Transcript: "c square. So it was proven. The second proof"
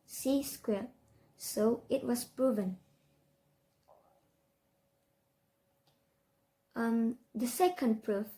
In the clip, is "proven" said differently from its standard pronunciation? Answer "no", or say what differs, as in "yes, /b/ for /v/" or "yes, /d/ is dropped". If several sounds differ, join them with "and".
no